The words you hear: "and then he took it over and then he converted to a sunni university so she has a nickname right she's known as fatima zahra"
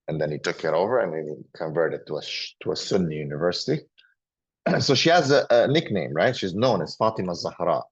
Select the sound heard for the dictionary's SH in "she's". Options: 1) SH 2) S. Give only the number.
1